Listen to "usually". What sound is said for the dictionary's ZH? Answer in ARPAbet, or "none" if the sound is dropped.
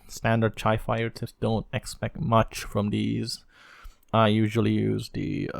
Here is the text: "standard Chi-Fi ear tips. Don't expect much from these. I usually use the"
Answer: ZH